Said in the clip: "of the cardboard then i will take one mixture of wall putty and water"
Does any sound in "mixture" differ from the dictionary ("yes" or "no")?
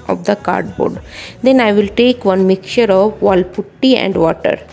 yes